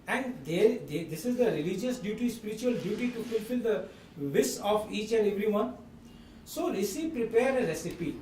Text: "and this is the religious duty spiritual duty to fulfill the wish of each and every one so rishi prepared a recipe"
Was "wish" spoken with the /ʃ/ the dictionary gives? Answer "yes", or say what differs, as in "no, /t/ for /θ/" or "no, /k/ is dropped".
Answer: no, /s/ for /ʃ/